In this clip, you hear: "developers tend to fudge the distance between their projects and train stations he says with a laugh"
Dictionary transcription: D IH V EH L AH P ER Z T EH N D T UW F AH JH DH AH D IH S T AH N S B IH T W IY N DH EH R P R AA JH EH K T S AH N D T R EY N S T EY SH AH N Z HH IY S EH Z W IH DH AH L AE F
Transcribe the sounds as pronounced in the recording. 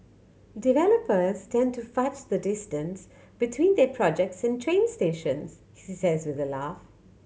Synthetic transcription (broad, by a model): D IH V EH L AH P ER Z T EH N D T UW F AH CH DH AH D IH S T AH N S B IH T W IY N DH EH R P R AA JH EH K T S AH N T R EY N S T EY SH AH N Z HH IY S EH Z W IH DH AH L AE F